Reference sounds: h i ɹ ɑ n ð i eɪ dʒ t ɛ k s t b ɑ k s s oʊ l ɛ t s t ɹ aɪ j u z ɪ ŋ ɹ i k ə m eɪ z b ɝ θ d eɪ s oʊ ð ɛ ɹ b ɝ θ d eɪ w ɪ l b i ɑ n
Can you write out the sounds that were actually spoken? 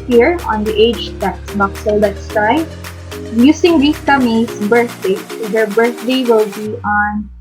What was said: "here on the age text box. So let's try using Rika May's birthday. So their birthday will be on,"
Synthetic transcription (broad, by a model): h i ɹ ɑ n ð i eɪ dʒ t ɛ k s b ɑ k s s oʊ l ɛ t s t ɹ aɪ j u s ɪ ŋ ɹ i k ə m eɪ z b ɝ θ d eɪ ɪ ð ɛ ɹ b ɝ θ d eɪ w ɪ l b i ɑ n